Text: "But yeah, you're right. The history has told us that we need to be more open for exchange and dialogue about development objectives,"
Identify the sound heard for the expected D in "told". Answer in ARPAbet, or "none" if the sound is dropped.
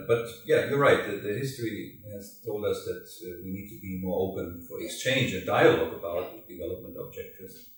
D